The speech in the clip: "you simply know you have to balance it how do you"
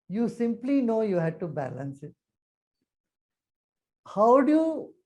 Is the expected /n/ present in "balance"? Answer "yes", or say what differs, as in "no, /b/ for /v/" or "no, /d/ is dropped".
yes